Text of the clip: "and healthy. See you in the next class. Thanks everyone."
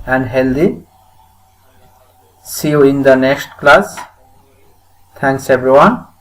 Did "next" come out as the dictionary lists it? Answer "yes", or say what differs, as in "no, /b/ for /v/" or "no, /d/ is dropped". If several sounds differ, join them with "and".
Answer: no, /k/ is dropped